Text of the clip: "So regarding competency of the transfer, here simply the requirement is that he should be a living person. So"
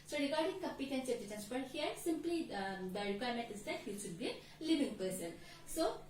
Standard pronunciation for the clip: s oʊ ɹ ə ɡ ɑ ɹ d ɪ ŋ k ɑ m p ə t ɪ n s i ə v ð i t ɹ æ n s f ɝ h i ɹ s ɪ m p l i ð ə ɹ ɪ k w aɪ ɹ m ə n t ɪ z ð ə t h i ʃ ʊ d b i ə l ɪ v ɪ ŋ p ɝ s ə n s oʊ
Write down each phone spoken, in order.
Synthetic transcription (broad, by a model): s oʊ ɹ ə ɡ ɑ ɹ d ɪ ŋ k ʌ m p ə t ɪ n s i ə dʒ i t æ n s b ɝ h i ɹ s ɪ m p l i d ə ɹ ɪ k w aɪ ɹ m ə n t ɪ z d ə t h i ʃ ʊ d b i ə l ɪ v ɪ ŋ p ɝ s ə n s oʊ